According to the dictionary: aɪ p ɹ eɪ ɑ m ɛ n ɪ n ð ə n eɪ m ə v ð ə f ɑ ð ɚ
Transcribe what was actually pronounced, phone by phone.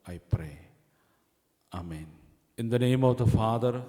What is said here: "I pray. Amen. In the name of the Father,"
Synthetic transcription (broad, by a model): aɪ p ɹ eɪ ɑ m ɛ n ɪ n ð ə n eɪ m ə v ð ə f ɑ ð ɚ